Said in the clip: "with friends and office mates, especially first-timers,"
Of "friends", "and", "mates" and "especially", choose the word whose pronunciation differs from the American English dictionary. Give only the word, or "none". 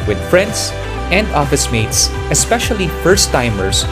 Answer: friends